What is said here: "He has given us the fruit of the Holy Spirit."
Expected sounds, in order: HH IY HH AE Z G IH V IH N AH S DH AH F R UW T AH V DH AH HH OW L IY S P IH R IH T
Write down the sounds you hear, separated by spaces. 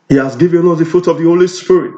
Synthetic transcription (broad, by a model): HH IY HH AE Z G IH V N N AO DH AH F UW T AH V DH AH HH OW L IY S P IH R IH T